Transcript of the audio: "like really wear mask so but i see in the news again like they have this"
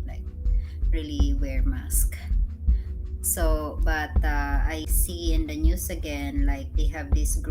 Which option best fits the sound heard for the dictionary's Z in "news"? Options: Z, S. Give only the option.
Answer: S